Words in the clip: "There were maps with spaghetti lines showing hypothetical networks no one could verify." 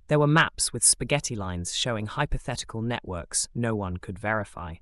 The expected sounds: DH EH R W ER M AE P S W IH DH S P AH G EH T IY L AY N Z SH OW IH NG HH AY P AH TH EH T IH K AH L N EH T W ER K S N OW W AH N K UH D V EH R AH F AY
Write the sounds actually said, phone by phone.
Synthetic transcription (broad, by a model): DH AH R W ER M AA P S W IH DH S P AH G EH T IY L AY N Z SH OW IH NG HH AY P AH TH EH T IH K AH L N EH T W ER K S N OW W AH N K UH D V EH R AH F AY